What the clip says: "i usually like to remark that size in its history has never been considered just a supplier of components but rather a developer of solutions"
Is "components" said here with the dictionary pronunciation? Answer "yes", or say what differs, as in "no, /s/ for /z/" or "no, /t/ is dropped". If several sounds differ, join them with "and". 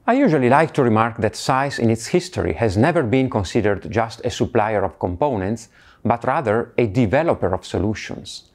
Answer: yes